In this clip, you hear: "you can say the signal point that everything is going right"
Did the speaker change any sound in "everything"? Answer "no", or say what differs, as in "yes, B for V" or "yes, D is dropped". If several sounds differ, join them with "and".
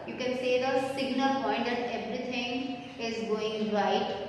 yes, T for TH